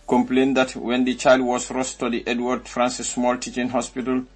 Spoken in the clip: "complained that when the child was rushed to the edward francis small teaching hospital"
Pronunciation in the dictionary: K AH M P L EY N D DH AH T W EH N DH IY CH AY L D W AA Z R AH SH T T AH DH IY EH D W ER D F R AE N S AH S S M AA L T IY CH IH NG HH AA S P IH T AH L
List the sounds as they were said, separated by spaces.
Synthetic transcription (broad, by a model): K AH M P L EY N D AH T W EH N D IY CH AY L D W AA S R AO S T T AH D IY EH D W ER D F R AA N S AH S S M AA L T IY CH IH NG HH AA S P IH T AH L